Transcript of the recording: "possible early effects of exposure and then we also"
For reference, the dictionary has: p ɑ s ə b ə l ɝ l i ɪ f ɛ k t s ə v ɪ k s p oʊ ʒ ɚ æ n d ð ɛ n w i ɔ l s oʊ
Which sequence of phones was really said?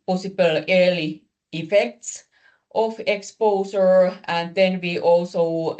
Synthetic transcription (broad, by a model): p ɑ s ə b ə l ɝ l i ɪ f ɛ k t s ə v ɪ k s p oʊ s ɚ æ n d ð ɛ n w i ɔ l s oʊ